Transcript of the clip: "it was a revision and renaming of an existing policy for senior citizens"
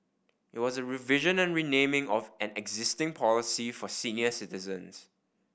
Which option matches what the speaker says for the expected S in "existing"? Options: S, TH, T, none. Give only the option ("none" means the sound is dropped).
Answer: S